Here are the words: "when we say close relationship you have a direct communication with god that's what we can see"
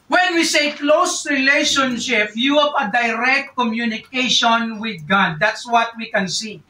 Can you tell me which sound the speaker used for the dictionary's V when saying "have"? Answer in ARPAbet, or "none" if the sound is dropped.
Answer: P